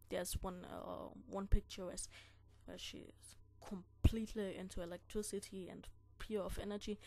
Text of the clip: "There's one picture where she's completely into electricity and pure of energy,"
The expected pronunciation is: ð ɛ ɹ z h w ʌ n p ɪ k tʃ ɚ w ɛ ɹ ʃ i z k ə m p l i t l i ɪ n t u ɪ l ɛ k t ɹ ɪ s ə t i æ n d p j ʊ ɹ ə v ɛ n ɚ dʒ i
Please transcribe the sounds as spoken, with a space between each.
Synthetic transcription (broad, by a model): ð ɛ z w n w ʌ n p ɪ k tʃ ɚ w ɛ w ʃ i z k ə m p l i t l i ɪ n t u ɪ l ɛ k t ɹ ɪ s ə t i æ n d p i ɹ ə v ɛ n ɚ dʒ i